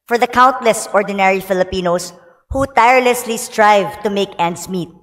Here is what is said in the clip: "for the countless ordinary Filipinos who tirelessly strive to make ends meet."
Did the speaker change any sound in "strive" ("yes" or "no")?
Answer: no